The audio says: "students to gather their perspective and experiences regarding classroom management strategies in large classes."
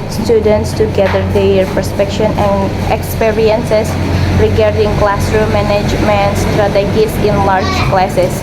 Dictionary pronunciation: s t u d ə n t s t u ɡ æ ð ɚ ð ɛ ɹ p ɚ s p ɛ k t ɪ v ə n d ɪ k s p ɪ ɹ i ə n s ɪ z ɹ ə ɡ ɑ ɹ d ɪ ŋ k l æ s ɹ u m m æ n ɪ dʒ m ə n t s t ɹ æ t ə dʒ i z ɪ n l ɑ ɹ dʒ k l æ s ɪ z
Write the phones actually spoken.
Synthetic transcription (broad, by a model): s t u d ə n t s t u ɡ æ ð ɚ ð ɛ ɹ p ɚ s p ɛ k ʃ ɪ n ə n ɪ k s p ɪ ɹ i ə n s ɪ s ɹ ə ɡ ɑ ɹ d ɪ ŋ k l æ s ɹ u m m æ n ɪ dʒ m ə n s t ɹ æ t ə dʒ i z ɪ n l ɑ ɹ dʒ k l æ s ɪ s